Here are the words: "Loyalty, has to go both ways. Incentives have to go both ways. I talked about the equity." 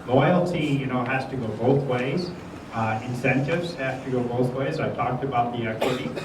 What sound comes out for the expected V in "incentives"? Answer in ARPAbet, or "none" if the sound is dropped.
V